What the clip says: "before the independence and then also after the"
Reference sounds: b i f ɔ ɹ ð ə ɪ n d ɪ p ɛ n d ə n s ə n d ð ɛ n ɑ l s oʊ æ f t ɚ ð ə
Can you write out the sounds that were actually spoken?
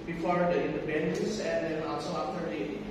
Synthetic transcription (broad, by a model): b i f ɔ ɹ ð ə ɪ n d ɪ b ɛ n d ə s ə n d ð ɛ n ɑ l s oʊ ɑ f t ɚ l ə